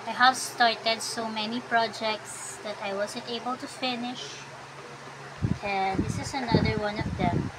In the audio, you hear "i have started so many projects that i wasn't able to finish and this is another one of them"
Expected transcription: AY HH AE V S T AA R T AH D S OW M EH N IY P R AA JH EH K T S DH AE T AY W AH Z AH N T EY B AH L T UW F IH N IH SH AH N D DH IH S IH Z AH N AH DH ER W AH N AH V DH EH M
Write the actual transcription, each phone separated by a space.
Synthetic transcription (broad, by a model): AY HH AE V S T AA R T AH D S OW M EH N IY P R AA JH EH K T S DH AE T AY W AH Z AH N T EY B AH L T UW F IH N IH SH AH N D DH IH S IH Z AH N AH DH ER W AH N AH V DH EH M